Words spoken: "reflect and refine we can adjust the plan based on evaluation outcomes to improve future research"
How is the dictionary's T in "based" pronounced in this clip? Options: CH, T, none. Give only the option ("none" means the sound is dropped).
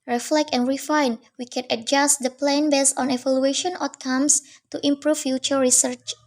none